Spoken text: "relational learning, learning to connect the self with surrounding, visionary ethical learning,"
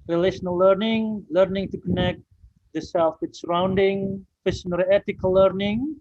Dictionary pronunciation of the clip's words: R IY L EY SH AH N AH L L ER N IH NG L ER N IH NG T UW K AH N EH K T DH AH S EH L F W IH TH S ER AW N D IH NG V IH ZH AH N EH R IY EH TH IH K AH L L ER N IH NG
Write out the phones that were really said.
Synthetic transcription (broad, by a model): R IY L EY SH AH N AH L L ER N IH NG L ER N IH NG T UW K AH N EH K T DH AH S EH L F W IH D S ER AW N D IH NG F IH SH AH N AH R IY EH T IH K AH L L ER N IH NG